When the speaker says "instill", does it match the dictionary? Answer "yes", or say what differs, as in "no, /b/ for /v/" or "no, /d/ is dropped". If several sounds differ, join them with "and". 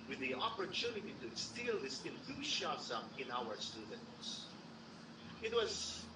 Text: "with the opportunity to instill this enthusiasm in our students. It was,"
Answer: no, /n/ is dropped